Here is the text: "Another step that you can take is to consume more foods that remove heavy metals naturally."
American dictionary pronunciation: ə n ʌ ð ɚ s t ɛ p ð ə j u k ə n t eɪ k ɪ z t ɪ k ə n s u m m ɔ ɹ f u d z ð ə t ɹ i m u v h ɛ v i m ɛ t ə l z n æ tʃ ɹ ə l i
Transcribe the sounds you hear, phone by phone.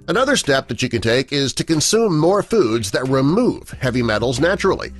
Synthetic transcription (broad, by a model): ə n ʌ ð ɚ s t ɛ p ð ə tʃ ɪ k ə n t eɪ k ɪ z t ɪ k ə n s u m m ɔ ɹ f u d z ð ə t ɹ i m u v h ɛ v i m ɛ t l z n æ tʃ ɹ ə l i